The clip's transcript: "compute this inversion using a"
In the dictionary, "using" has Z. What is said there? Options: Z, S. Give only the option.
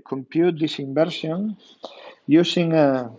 S